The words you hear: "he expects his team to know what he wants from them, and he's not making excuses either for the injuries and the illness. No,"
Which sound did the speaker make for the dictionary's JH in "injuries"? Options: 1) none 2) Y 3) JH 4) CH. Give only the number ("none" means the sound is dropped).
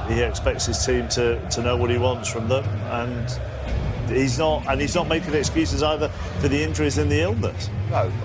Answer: 4